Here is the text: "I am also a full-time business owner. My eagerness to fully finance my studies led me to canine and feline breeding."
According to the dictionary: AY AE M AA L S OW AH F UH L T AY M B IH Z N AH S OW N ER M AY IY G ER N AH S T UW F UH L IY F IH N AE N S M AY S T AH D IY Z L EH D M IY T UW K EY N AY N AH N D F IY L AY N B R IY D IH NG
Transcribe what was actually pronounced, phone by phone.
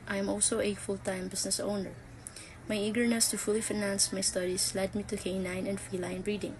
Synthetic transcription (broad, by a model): AY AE M AA L S OW AH F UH L T AY M B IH S N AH S OW N ER M AY IY G ER N AH S T UW F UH L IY F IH N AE N S M AY S T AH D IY S L EH D M IY T UW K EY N AY N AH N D F IY L AY N B R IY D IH NG